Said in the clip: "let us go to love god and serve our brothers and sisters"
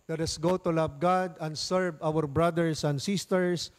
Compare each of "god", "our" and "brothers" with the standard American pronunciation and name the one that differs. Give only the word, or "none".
brothers